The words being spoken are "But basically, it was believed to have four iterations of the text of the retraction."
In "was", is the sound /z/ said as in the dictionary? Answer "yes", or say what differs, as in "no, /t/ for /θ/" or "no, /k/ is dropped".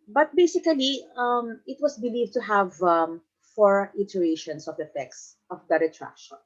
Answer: no, /s/ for /z/